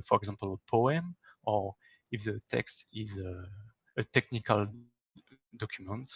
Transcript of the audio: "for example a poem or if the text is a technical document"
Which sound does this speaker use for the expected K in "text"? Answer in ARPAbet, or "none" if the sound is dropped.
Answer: K